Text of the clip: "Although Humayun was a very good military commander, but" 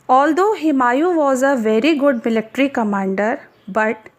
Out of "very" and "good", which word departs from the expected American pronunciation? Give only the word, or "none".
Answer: none